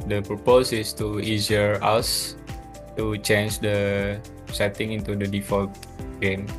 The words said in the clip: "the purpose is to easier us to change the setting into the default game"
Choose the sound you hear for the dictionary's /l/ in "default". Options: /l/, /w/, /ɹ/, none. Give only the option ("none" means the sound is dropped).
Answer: /l/